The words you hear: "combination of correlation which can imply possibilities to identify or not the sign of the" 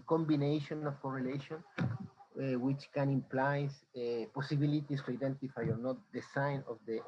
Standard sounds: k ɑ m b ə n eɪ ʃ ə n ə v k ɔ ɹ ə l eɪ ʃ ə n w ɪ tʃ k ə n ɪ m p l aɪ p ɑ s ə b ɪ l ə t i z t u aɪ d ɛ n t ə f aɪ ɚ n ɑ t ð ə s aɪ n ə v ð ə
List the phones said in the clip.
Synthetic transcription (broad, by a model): k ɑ m b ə n eɪ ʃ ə n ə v k ɔ ɹ ə l eɪ ʃ ə n w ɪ tʃ k ə n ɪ m p l aɪ p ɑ s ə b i l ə t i s t u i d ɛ n t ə f aɪ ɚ n ɑ t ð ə s aɪ n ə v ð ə